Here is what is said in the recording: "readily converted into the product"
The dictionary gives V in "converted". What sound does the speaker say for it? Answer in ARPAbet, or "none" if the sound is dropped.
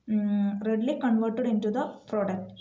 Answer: V